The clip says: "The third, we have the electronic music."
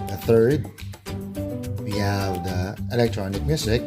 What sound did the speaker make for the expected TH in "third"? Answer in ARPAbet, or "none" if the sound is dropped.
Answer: TH